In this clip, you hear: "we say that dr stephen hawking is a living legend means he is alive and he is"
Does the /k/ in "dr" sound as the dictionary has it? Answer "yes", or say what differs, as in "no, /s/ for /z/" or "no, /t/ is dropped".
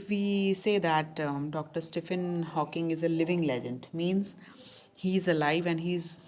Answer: yes